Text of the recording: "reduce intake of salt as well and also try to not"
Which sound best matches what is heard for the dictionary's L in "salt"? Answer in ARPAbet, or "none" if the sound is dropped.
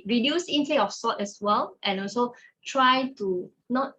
none